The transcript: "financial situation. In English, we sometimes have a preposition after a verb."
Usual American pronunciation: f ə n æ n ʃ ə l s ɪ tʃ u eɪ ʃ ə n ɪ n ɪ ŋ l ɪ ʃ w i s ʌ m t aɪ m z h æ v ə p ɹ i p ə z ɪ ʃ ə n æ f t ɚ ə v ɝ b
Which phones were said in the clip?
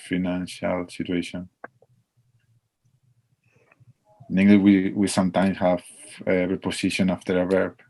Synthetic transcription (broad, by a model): f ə n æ n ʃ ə l s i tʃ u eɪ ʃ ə n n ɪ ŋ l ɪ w w i s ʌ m t aɪ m s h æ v ə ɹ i p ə s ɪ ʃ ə n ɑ f t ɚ ə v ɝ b